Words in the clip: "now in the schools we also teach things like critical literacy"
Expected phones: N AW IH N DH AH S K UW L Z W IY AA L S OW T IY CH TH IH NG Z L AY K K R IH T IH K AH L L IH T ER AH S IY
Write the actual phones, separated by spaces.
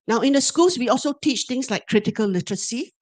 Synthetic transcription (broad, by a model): N AW IH N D AH S K UW L S W IY AA L S OW T IY CH T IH NG S L AY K K R IH T IH K AH L L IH T ER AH S IY